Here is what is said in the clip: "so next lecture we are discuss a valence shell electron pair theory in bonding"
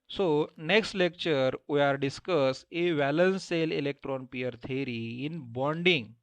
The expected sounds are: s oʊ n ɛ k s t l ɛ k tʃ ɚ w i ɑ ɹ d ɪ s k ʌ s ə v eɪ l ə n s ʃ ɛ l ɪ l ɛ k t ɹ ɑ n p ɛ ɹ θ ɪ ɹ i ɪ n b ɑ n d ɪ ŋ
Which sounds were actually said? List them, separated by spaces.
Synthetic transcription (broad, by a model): s oʊ n ɛ k s t l ɛ k tʃ ɚ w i ɑ ɹ d ɪ s k ʌ s ə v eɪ l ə n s s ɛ l ɪ l ɛ k t ɹ ɑ n p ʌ ɹ t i ɹ i ɪ n b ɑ n d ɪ ŋ